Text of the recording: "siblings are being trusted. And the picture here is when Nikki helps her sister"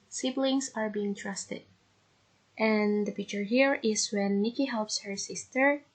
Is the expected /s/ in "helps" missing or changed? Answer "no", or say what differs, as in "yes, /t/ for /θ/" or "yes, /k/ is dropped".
no